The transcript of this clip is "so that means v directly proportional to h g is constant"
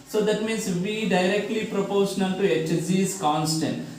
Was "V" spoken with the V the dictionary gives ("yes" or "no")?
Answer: yes